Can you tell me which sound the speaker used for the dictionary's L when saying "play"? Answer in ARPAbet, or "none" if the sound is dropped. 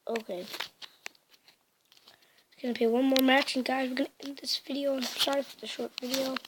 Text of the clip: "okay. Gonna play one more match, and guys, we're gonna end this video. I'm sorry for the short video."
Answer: none